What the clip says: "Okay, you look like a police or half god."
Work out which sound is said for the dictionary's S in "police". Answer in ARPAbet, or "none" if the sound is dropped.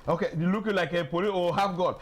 none